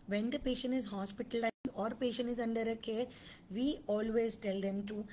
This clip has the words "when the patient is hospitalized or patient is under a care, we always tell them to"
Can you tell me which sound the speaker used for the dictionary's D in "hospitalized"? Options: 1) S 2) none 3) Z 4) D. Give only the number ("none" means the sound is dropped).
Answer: 2